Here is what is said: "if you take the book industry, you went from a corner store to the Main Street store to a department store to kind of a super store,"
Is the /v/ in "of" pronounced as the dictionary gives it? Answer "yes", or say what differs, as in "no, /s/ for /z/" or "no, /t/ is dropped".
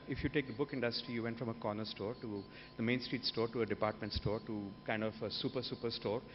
no, /p/ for /v/